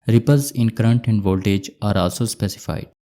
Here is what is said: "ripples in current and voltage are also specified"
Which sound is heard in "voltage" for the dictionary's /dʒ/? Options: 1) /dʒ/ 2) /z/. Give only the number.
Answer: 1